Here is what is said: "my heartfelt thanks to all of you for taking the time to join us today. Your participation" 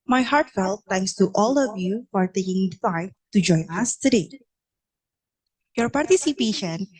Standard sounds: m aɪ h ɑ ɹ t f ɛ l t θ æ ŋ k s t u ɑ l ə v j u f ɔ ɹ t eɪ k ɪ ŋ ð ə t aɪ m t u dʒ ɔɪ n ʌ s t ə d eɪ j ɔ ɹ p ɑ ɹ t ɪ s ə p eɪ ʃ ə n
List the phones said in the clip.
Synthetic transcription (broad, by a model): m aɪ h ɑ ɹ t f ɛ l t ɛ ŋ k s t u ɑ l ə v j u f ɔ ɹ t eɪ k ɪ ŋ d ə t aɪ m t u dʒ ɔɪ n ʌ s t ə d eɪ j ɔ ɹ p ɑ ɹ t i s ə p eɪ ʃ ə n